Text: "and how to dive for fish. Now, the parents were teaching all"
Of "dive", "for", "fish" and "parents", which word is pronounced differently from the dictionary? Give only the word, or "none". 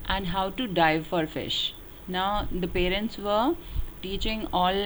none